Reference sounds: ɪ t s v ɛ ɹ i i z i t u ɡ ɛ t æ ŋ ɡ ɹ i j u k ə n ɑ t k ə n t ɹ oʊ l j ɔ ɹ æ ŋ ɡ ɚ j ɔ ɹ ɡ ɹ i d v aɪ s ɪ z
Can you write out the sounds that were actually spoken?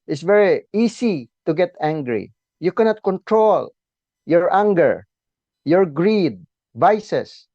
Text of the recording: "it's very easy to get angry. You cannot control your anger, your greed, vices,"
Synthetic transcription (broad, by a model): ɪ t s v ɛ ɹ i i s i t u ɡ ɛ t æ ŋ ɡ ɹ i j u k ə n ɑ t k ə n t ɹ oʊ l j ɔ ɹ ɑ ŋ ɡ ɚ j ɔ ɹ ɡ ɹ i d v aɪ s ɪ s